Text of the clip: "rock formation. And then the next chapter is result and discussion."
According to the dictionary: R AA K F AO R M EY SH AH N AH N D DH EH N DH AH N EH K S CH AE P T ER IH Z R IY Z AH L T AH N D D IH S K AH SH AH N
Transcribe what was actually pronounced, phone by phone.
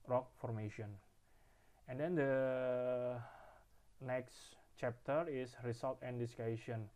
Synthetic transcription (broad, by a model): R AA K F AO R M EY SH AH N AH N D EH N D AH N EH K S CH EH P T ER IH S R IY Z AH L T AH N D D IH S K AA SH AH N